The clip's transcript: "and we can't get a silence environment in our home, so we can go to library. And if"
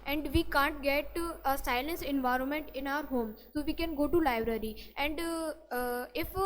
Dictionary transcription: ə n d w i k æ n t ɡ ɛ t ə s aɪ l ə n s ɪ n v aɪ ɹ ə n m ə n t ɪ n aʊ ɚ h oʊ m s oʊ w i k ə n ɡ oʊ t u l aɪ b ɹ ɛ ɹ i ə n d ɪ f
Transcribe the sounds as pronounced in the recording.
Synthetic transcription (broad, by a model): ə n d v i k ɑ n t ɡ ɛ t ə s aɪ l ə n s ɪ n v aɪ ɹ ə n m ə n t ɪ n aʊ ɚ h oʊ m s oʊ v i k ə n ɡ oʊ t u l aɪ b ɹ ɛ ɹ i ə n d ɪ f